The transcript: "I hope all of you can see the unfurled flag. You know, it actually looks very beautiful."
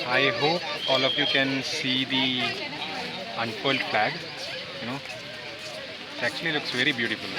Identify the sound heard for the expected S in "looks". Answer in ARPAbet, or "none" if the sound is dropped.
S